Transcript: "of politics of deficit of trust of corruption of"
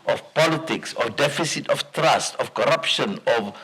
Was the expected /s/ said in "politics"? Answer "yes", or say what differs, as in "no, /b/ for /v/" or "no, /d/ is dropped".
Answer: yes